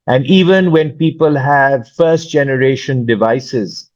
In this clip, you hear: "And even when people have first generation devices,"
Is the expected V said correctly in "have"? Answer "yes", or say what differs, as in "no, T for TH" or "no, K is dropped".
yes